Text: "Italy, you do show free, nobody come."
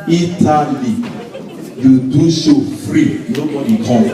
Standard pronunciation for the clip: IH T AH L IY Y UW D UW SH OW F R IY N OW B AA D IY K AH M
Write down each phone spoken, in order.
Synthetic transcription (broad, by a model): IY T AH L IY Y UW D UW S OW F R IY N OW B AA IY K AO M